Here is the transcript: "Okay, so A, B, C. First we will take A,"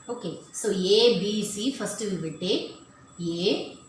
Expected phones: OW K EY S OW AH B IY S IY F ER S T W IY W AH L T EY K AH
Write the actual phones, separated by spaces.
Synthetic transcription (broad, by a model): OW K EY S OW AH B IY S IY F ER S T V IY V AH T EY AH